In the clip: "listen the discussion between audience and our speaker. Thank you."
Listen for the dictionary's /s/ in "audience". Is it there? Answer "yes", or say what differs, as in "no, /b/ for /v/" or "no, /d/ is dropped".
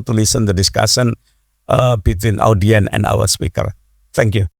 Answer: no, /s/ is dropped